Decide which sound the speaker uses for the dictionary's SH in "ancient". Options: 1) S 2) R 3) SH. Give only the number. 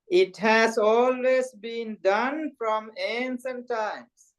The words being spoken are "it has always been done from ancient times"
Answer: 1